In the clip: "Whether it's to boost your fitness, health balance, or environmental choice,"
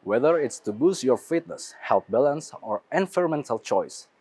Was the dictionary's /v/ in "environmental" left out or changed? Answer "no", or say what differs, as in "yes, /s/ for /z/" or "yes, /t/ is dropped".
yes, /f/ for /v/